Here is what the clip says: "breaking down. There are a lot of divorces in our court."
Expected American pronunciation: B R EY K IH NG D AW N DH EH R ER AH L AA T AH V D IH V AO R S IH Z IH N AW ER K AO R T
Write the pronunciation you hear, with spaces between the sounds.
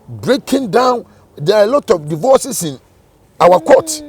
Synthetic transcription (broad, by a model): B R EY K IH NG D AW N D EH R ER AH L AA T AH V D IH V AO S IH S IH N AW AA K AO T